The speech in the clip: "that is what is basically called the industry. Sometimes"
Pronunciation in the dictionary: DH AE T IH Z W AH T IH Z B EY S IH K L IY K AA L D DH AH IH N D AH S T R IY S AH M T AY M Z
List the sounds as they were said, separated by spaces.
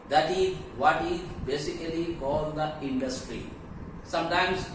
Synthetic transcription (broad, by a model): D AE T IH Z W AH T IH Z B EY S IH K L IY K AA L D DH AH IH N D AH S T R IY S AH M T AY M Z